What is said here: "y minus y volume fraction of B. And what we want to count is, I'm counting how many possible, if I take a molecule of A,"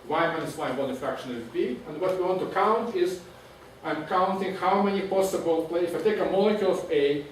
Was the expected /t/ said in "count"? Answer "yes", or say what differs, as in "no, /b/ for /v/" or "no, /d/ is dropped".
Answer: yes